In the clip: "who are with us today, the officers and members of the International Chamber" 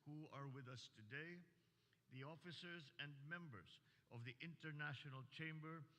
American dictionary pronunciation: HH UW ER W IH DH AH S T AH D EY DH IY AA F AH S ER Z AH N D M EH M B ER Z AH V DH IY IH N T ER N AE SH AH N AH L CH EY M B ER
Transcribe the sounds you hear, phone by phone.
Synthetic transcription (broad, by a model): HH UW ER W IH DH AH S T AH D EY DH IY AA F AH S ER Z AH N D M EH M B ER Z AH V DH IY IH N T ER N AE SH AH N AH L CH EY M B ER